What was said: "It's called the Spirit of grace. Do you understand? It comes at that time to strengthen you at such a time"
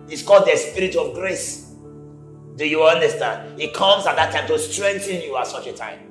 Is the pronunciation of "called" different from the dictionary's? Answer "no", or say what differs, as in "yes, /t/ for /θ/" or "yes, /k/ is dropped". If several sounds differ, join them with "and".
yes, /l/ is dropped